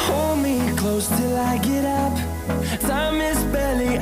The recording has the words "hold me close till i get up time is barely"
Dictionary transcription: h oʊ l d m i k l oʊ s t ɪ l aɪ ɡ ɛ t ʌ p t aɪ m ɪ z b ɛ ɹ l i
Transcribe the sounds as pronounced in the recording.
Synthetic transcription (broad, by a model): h oʊ l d m i k l oʊ s t ɪ l aɪ ɡ ɛ t ʌ p s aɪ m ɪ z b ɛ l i